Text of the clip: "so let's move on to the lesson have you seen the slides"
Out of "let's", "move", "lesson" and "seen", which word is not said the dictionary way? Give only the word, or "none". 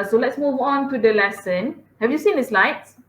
none